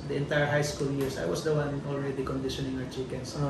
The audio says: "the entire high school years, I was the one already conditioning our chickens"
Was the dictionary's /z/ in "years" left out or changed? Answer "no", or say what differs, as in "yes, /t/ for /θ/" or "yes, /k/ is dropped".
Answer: yes, /s/ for /z/